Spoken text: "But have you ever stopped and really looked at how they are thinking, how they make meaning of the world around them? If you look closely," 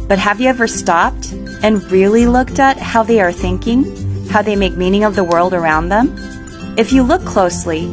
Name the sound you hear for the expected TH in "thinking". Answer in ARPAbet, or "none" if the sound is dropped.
TH